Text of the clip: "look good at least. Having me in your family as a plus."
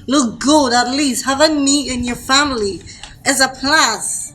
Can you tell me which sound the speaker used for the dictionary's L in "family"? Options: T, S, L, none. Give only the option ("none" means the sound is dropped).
L